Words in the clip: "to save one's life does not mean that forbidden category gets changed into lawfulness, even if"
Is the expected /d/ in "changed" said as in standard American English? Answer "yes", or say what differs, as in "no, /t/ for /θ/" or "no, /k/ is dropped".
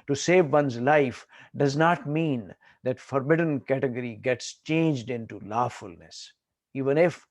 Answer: yes